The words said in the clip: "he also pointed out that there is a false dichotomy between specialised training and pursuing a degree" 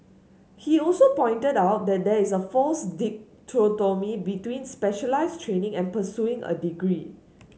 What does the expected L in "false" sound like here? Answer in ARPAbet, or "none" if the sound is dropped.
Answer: none